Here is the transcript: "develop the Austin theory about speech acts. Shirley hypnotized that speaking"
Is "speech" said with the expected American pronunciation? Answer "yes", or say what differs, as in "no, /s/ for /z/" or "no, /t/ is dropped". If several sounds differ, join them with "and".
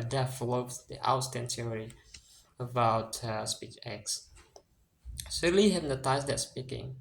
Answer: yes